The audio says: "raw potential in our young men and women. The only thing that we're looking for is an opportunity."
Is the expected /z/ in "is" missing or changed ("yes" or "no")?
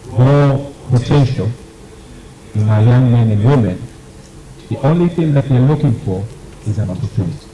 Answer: no